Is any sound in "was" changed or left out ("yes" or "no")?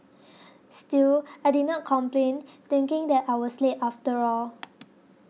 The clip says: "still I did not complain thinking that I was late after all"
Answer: yes